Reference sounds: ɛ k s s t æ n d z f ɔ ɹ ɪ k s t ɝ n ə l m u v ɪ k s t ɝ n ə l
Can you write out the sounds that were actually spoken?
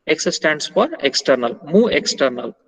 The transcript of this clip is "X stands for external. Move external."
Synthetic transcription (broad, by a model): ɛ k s s t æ n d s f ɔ ɹ ɪ k s t ɝ n ə l m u ɪ k s t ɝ n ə l